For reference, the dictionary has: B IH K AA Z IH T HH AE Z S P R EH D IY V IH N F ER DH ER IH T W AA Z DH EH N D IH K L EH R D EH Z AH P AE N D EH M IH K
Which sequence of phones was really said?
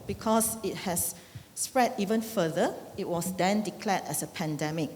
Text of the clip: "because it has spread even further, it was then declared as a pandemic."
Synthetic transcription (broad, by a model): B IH K AA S IH T HH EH S P R EH D IY V IH N F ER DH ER IH T W AA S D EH N D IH K L EH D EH S AH P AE N D EH M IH K